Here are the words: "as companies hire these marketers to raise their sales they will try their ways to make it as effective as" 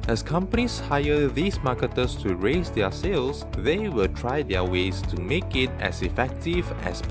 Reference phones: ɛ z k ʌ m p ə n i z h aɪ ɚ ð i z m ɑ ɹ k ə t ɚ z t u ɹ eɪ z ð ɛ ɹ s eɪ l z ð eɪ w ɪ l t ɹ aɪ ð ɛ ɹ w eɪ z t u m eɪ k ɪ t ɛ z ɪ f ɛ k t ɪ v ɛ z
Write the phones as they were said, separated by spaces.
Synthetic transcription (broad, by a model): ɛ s k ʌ m p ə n i s h aɪ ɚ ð i s m ɑ k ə t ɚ s t u ɹ eɪ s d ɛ s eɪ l s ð eɪ w ɪ l t ɹ aɪ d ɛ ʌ w eɪ s t u m eɪ k ɪ t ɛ s ɪ f ɛ k t ɪ v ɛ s